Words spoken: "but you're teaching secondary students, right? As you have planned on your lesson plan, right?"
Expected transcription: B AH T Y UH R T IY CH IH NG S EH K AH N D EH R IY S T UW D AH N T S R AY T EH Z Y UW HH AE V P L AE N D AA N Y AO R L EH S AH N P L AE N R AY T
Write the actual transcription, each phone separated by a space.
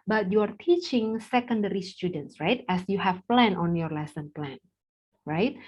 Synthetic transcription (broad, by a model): B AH T Y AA R T IY CH IH NG S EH K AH N D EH R IY S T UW D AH N T S R AY T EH S Y UW HH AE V P L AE N AA N Y AO R L EH S AH N P L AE N R AY T